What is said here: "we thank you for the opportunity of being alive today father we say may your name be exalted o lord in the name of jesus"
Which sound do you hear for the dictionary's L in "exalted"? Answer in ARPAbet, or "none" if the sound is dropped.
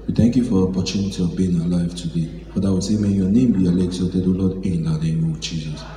none